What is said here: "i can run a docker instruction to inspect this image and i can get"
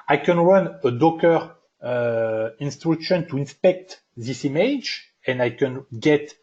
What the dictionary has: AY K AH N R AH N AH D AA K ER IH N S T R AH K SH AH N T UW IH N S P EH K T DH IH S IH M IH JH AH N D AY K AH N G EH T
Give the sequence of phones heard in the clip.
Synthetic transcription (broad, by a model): AY K AH N W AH N AH D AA K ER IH N S T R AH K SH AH N T UW IH N S P EH K T DH IH S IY M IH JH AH N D AY K AH N G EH T